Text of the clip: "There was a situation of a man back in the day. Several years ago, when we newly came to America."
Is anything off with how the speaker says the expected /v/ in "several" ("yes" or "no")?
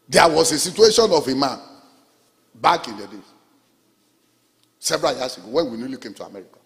yes